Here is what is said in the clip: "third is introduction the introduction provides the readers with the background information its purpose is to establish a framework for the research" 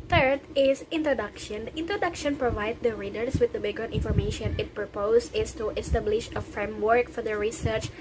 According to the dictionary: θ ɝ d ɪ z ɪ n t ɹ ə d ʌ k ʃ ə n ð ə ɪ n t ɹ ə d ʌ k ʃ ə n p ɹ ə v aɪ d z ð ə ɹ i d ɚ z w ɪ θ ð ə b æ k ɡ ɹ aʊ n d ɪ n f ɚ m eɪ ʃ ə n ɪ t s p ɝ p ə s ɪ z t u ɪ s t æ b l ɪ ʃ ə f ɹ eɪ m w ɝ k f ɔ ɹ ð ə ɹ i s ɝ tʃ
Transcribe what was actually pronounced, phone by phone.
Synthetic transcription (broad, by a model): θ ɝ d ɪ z ɪ n t ɹ ə d ʌ k ʃ ə n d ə ɪ n t ɹ ə d ʌ k ʃ ə n p ɹ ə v aɪ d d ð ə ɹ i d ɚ s w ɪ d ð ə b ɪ ɡ ʌ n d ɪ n f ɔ m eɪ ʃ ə n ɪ t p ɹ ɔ p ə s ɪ s t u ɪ s t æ b l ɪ ʃ ə f ɹ eɪ m w ɝ k f ɔ ɹ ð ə ɹ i s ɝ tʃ